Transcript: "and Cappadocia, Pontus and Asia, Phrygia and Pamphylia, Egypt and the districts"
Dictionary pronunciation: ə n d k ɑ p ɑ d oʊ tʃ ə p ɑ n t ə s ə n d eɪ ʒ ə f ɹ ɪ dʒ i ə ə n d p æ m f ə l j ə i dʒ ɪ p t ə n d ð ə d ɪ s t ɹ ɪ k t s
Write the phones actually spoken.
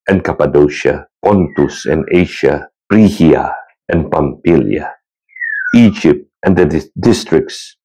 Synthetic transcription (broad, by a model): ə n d k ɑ p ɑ d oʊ ʃ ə p ɑ n t ə s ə n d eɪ ʃ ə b ɹ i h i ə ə n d p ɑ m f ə l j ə i dʒ ɪ p t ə n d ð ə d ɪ s t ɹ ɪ k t s